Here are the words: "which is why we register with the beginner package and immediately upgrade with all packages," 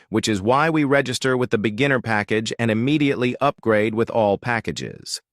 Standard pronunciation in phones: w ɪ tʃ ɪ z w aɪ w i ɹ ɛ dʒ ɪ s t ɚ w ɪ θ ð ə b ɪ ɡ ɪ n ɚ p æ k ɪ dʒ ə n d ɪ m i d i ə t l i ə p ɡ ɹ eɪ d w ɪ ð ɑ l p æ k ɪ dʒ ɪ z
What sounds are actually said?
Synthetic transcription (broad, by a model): w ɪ tʃ ɪ z w aɪ w i ɹ ɛ dʒ ɪ s t ɚ w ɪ ð ə b ɪ ɡ ɪ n ɚ p æ k ɪ dʒ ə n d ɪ m i d i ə t l i ə p ɡ ɹ eɪ d w ɪ ð ɑ l p æ k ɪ dʒ ɪ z